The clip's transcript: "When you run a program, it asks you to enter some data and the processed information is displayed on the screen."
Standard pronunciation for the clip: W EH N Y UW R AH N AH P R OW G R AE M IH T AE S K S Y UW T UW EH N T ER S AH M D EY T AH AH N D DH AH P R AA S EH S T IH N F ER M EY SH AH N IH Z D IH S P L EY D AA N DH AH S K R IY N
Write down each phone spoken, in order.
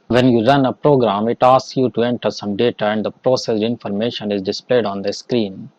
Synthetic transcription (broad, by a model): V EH N Y UW R AH N AH P R OW G R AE M IH T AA S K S Y UW T UW EH N T ER S AH M D EY T AH AH N D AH P R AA S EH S IH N F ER M EY SH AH N IH Z D IH S P L EY D AA N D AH S K R IY N